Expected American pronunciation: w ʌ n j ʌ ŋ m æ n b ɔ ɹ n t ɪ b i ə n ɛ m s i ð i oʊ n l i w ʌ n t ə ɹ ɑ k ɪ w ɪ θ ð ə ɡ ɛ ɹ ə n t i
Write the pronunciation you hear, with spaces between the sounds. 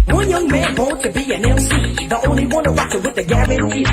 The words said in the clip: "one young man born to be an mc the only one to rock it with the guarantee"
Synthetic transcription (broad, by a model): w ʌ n j ʌ ŋ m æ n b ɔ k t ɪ b i ə n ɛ s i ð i oʊ n l i w ʌ n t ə w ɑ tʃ ɪ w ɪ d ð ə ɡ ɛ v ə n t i